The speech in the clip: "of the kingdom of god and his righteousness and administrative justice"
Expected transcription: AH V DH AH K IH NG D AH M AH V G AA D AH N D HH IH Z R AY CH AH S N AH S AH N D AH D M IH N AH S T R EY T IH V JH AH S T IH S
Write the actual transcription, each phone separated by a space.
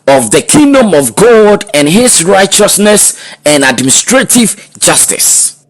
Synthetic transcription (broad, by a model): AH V DH AH K IH NG D AH M AH V G AA D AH N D HH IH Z R AY CH AH S N AH S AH N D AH D M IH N S T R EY T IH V JH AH S T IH S